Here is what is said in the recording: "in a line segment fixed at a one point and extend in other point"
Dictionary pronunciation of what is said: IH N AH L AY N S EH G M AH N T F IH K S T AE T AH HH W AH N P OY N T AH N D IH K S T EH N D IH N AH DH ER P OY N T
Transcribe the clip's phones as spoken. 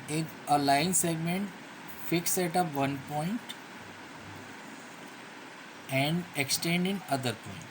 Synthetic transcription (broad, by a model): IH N AH L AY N S EH G M AH N T F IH K S EH T AH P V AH N P OY N T AH N D IH K S T EH N D IH N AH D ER P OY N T